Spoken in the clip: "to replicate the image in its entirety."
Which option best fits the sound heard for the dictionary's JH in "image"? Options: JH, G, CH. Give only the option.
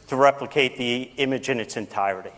JH